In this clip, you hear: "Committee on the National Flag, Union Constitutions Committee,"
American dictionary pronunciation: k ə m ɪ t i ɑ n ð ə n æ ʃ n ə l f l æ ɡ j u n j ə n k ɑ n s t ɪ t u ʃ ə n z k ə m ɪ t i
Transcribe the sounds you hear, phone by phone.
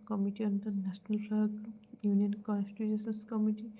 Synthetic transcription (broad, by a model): k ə m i t i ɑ n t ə n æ s n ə l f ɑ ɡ j u n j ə n k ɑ n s t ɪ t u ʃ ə n s k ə m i t i